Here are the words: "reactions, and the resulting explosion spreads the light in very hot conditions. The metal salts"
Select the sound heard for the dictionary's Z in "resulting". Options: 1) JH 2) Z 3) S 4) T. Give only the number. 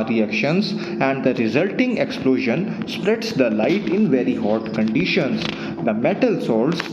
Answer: 2